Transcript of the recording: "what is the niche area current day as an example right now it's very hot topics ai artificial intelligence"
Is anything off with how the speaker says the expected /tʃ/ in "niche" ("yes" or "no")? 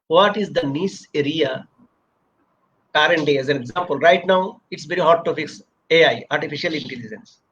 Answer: yes